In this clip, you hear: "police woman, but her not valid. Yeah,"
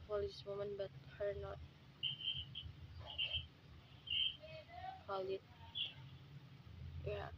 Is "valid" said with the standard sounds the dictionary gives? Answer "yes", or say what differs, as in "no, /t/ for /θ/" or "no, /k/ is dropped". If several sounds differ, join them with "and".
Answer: no, /p/ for /v/